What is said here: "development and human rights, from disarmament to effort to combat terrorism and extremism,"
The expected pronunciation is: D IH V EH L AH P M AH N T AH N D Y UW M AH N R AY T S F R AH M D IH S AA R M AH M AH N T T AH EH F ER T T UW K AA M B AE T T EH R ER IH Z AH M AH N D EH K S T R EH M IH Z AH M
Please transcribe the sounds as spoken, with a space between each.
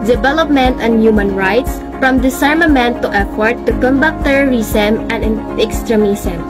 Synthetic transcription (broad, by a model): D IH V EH L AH P M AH N T AH N D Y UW M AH N R AY T S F R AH M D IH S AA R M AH M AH N T T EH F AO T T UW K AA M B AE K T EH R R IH S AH M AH N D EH K S T R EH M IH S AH M